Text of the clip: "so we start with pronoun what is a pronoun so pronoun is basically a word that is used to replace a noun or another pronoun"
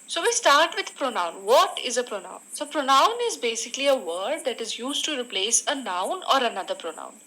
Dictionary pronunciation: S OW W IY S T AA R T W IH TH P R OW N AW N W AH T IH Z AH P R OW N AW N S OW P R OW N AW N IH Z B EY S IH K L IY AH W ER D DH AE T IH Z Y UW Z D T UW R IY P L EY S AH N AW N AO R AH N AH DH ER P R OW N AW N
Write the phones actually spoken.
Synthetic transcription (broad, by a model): S OW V IY S T AA R T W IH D P R OW N AW N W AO T IH Z AH P R OW N AW N S OW P R OW N AW N IH Z B EY S IH K L IY AH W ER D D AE T IH Z Y UW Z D T UW R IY P L EY S AH N AW N AO R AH N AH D ER P R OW N AW N